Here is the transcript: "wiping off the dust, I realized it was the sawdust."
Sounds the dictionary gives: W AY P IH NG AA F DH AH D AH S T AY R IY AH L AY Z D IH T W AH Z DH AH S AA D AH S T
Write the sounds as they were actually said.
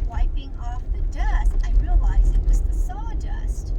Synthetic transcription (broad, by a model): W AY P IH NG AA F DH AH D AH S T AY R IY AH L AY Z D IH T W AH Z DH AH S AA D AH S T